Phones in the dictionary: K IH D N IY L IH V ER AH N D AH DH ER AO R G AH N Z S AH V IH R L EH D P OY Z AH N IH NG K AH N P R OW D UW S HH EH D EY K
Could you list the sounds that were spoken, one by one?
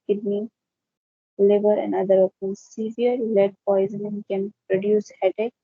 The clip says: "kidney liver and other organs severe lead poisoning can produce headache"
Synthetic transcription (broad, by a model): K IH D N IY L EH B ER AH N D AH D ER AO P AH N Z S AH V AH R L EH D P OY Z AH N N K AH N P R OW D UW S HH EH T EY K